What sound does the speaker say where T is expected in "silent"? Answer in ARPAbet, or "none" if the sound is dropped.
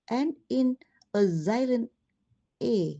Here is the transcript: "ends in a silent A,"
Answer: none